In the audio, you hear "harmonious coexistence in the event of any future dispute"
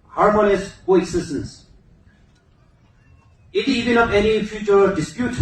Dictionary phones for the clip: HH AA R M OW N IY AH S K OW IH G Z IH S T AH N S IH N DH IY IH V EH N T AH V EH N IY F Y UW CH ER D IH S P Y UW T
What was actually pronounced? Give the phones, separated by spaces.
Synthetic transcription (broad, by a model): HH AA R M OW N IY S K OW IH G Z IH S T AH N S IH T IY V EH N AH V EH N IY F Y UW CH ER D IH S P Y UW T